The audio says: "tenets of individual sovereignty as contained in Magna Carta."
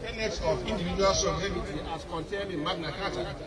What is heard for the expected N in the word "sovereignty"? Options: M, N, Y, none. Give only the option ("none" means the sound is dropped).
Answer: none